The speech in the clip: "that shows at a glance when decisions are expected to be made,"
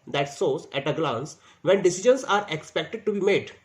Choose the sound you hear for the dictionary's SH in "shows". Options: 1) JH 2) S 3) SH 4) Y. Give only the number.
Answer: 2